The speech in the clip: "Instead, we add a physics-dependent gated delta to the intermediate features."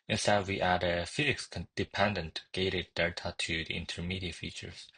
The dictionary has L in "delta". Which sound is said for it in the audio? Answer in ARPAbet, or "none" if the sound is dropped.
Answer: none